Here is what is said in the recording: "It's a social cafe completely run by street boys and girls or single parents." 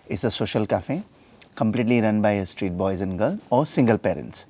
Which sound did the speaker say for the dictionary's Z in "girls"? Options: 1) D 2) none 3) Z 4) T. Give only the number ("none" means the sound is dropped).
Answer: 2